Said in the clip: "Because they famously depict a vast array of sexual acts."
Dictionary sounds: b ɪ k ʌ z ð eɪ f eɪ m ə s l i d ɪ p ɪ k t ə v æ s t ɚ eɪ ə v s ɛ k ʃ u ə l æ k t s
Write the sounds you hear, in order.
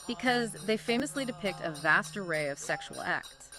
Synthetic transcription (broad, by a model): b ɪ k ʌ z ð eɪ f eɪ m ə s l i d ɪ p ɪ k t ə v æ s t ɚ eɪ ə v s ɛ k ʃ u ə l æ k t s